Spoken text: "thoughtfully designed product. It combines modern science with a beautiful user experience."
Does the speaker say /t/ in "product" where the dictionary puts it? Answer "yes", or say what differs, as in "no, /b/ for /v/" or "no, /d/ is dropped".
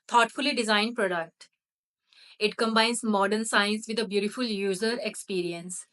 yes